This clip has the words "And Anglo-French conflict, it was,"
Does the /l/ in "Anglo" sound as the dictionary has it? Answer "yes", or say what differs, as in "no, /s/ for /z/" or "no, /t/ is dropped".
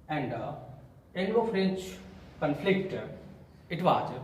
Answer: no, /l/ is dropped